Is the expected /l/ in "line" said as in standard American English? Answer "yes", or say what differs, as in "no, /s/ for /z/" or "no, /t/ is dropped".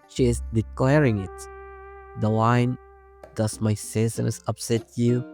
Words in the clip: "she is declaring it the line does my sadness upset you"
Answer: no, /w/ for /l/